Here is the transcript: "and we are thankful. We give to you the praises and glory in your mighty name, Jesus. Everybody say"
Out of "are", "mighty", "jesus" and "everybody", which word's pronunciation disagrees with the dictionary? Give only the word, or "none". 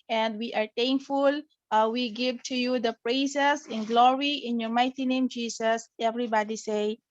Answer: jesus